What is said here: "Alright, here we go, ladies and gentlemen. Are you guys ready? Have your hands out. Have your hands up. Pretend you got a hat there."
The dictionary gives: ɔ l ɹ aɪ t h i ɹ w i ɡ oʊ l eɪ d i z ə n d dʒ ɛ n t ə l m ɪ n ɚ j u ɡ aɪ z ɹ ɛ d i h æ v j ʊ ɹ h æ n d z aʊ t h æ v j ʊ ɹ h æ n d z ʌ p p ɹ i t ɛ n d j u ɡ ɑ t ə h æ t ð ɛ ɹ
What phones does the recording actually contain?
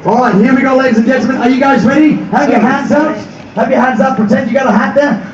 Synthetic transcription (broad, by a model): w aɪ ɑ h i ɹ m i ɡ oʊ l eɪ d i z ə n dʒ ɛ n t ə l m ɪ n ɚ j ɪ ɡ aɪ z ɹ ɛ d i h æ p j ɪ h æ n d z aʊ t h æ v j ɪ h æ n d z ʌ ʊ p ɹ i t ɛ n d j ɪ ɡ ɑ t ə h æ t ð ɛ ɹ